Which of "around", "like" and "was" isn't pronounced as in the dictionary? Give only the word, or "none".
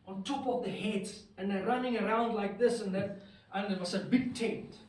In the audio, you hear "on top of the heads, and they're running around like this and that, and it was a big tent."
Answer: was